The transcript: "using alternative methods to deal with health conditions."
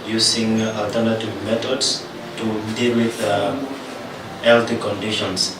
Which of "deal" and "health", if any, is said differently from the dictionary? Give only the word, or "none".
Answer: health